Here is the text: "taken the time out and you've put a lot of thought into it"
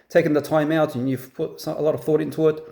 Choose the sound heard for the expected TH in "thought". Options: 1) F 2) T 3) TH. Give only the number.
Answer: 3